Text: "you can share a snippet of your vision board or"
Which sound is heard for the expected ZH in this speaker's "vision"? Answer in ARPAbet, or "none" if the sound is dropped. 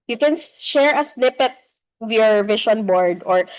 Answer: SH